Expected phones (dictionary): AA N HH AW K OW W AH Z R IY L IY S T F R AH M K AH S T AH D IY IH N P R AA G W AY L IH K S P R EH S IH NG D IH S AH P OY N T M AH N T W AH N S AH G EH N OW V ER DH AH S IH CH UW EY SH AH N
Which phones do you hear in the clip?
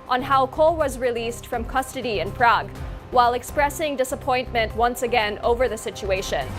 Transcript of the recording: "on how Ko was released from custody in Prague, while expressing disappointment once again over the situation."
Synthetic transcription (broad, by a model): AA N HH AW K OW W AH Z R IY L IY S T F R AH M K AH S T AH D IY IH N P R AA G W AY L IH K S P R EH S IH NG D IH S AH P OY N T M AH N T W AH N S AH G EH N OW V ER DH AH S IH CH UW EY SH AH N